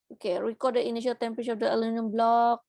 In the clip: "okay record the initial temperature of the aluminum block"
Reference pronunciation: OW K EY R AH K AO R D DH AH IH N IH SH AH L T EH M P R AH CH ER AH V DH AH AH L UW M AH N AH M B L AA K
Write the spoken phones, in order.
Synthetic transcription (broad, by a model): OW K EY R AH K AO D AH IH N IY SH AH L T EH M P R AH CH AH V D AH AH L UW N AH AH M B L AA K